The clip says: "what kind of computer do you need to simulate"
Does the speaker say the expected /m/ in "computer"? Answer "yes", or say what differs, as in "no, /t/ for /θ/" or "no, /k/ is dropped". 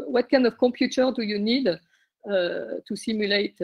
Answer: no, /m/ is dropped